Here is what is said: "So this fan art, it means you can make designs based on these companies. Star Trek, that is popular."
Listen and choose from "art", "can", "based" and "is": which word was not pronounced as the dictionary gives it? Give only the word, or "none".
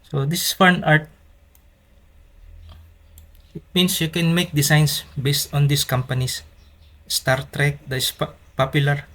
is